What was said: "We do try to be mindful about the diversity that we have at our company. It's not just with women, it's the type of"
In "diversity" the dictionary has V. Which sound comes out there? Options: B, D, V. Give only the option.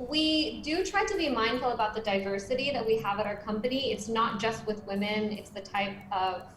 V